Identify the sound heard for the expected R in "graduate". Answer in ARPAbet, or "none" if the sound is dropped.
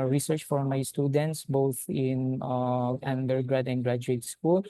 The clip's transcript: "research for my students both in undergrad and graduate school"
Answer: R